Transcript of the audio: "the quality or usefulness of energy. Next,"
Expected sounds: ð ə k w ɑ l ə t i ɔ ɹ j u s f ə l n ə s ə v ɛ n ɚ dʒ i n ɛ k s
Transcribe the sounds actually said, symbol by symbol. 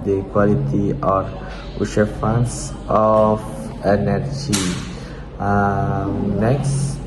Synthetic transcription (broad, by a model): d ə k w ɑ l ə t i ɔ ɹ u ʃ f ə n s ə f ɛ n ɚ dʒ i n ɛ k s